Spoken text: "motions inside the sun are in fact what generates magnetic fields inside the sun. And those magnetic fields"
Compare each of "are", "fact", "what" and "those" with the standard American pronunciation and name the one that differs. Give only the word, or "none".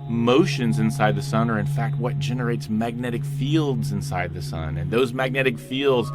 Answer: none